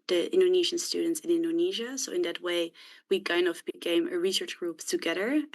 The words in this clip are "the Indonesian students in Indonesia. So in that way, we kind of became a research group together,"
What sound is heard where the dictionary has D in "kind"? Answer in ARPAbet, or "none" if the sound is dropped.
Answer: none